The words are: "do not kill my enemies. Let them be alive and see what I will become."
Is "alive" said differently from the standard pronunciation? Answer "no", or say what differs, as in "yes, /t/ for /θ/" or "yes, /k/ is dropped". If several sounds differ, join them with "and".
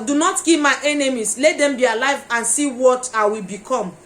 no